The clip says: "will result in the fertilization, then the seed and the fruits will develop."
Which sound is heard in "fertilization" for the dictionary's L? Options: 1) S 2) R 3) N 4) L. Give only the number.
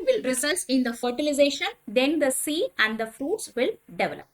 4